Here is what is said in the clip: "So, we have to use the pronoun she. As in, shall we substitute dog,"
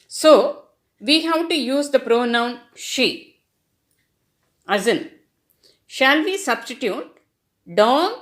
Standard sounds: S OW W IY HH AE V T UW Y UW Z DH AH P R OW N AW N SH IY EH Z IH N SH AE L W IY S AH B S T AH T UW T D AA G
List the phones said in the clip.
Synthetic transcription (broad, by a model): S OW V IY HH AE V T UW Y UW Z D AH P R OW N AW N SH IY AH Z IH N SH AE L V IY S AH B S T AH T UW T D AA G